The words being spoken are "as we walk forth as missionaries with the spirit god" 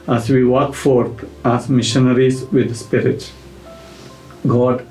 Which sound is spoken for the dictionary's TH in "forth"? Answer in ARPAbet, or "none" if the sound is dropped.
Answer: T